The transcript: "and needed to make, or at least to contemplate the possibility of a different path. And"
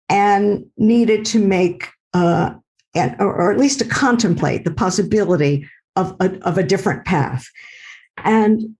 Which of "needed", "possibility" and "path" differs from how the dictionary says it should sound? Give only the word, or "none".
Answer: none